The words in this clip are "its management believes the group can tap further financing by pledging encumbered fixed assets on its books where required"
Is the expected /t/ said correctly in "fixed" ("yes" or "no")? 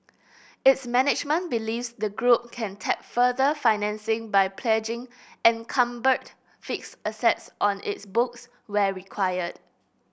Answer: no